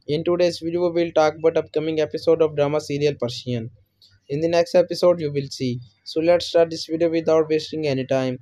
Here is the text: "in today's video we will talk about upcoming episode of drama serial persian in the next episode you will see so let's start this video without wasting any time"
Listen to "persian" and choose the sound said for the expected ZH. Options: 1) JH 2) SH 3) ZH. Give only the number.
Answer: 2